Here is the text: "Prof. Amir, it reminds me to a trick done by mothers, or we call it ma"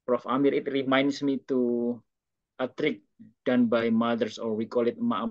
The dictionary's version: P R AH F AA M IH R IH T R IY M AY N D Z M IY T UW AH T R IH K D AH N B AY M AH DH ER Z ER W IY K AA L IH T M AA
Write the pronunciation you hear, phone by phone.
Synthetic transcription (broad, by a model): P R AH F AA M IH R IH T R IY M AY N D S M IY T UW AH T R IH K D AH N B AY M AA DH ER S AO W IY K AA L IH T M AA